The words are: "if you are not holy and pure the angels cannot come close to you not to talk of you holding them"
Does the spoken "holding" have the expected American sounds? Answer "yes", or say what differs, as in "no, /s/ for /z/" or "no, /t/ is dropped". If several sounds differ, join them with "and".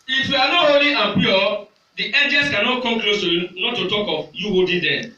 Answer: no, /l/ is dropped